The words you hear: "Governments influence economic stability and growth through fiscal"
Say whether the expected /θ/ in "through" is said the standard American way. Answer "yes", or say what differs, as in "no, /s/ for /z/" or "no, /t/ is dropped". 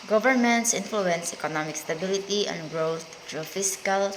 no, /t/ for /θ/